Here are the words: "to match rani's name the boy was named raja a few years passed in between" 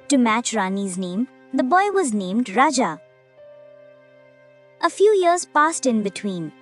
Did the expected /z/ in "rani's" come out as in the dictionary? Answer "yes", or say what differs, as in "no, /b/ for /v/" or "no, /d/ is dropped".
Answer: yes